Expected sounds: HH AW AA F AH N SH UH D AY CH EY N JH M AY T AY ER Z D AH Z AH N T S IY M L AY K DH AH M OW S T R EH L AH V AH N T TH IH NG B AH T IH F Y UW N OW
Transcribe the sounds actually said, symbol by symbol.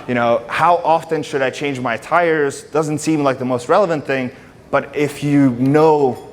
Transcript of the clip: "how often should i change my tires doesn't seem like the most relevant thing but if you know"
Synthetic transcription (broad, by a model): HH AW AA F AH N SH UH D AY CH EY N JH M AY T AY ER Z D AH Z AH N T S IY M L AY K DH AH M OW S T R EH L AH V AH N TH IH NG B AH T IH F Y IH N OW